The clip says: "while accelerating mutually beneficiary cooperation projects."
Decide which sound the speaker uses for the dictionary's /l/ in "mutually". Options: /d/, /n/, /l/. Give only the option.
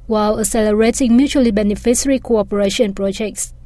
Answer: /l/